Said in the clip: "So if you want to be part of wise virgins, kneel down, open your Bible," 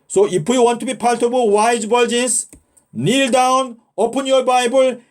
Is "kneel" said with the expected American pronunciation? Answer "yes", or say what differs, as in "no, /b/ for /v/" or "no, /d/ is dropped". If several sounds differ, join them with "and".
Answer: yes